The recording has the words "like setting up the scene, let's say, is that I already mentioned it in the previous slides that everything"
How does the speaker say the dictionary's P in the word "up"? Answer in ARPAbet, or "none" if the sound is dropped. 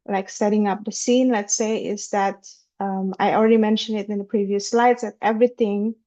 P